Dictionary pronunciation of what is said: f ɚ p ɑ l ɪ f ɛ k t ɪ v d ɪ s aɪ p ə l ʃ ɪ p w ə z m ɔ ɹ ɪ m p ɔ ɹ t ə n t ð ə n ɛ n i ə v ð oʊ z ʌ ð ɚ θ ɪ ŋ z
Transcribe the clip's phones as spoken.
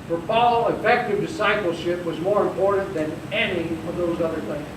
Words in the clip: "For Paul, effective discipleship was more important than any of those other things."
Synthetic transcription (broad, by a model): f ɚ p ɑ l ɪ f ɛ k t ɪ v d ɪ s aɪ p l ʃ ɪ p w ə z m ɔ ɹ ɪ m p ɔ ɹ t n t ð ə n ɛ n i ə v ð oʊ z ʌ ð ɚ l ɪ